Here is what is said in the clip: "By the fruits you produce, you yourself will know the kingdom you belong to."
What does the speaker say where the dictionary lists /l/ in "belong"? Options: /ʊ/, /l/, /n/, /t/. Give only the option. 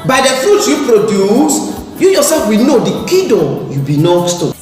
/n/